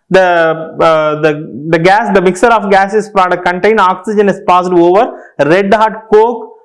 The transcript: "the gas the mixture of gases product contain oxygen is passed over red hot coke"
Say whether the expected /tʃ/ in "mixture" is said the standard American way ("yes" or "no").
no